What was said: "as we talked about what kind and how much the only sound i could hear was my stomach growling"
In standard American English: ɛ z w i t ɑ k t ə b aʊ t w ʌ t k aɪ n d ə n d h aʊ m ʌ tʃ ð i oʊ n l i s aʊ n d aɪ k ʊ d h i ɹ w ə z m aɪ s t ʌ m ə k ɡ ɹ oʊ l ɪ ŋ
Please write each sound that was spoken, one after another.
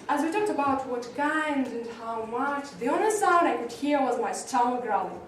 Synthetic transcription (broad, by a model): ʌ z w i t ɑ k t ə b aʊ t w ʌ t k aɪ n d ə n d h aʊ m ʌ tʃ ð i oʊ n i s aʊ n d aɪ k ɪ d h i ɹ w ə z m aɪ s t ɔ ə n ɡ ɹ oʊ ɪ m